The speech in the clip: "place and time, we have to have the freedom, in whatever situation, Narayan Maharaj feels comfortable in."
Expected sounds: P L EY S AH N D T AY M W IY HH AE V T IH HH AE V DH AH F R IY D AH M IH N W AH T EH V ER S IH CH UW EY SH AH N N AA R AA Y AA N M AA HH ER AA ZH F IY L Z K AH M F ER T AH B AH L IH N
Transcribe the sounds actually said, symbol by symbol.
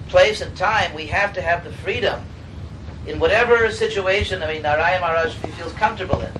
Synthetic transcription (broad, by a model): P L EY S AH N T AY M W IY HH AE F T IH V DH AH F R IY D AH M IH N W AH T EH V ER S IH CH UW EY SH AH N N AA IH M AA N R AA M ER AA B F IY L Z K AH M F T AH B L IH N